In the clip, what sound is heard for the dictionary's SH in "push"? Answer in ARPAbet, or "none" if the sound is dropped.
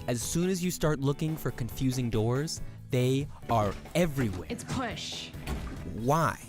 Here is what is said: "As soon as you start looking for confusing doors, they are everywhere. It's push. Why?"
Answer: SH